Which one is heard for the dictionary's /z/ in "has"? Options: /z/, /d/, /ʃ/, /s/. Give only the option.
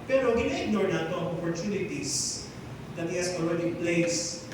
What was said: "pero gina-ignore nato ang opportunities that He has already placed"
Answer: /s/